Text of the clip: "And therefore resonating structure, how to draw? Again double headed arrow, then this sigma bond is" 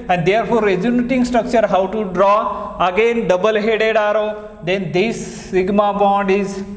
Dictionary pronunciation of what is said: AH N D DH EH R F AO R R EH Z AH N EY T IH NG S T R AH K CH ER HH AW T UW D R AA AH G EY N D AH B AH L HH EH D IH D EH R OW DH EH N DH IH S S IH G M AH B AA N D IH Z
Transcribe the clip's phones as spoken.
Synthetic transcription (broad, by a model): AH N D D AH R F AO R R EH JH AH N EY T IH NG S T R AH K CH ER HH AW T UW D R AA AH G EY N D AH B AH L HH EH D IH D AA R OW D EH N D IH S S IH G M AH B AA N D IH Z